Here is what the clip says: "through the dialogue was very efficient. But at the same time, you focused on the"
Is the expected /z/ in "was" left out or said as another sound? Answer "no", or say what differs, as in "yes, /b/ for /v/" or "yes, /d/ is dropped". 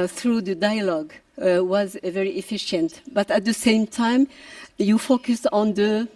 no